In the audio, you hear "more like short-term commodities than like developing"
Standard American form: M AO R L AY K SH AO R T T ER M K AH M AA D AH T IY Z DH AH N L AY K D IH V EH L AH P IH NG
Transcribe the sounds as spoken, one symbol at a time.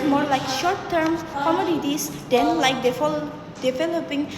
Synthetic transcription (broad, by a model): M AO R L AY K SH AO R T T ER M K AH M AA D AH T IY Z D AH N L AY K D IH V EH L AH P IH NG